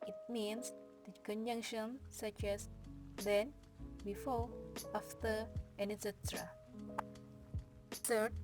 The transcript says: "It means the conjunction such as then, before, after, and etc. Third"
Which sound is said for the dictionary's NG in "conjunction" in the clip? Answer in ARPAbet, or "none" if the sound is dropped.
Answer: NG